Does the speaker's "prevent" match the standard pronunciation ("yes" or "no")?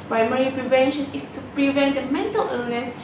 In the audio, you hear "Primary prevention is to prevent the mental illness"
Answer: yes